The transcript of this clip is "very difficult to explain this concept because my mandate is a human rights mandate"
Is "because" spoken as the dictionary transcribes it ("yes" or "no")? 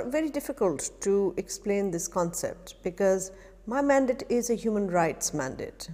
yes